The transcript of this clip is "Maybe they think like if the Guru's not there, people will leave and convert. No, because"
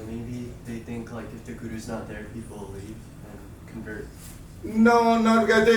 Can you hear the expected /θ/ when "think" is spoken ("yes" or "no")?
yes